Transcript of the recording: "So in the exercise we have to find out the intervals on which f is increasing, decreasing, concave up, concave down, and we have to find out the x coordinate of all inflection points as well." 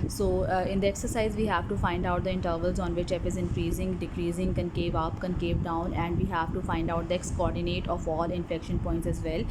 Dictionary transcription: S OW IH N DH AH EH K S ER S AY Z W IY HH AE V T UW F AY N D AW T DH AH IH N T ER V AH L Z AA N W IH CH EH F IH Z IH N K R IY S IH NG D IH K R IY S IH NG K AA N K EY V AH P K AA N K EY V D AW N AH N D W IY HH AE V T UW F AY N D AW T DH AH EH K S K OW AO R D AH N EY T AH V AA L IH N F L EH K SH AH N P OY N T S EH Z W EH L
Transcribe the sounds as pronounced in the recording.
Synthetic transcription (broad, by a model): S OW IH N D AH EH K S ER S AY Z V IY HH AE V T UW F AY N D AW T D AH IH N T ER V AH L Z AA N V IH CH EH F IH Z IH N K R IY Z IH NG D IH K R IY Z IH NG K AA N K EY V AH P K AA N K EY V D AW N AH N D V IY HH AE V T UW F AY N D AW T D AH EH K S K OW AO R D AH N EY T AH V AA L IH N F EH K SH AH N P OY N T S EH Z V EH L